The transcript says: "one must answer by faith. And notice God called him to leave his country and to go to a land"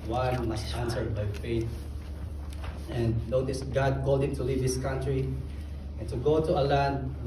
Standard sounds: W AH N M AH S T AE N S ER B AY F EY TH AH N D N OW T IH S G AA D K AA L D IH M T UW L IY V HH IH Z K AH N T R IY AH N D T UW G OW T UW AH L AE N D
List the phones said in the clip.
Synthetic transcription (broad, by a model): W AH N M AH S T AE N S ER B AY F EY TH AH N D N OW T IH S G AA D K AA L D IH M T UW L IY V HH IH S K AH N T R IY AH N T UW G OW T UW AH L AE N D